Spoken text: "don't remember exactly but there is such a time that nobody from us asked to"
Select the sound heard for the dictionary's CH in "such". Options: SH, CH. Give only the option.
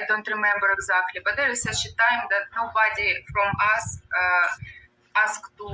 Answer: SH